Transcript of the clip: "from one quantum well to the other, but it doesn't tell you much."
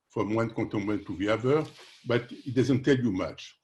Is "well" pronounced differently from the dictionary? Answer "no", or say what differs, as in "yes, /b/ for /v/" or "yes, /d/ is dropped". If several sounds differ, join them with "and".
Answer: yes, /n/ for /l/